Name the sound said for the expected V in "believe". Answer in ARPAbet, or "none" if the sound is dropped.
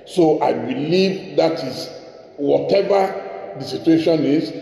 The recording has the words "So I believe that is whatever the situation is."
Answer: V